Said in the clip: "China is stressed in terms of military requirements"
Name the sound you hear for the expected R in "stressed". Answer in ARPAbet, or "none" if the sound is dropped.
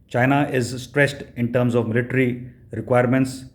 R